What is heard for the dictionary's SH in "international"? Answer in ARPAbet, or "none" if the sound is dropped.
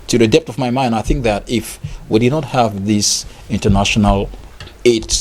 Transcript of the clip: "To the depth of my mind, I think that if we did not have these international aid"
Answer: SH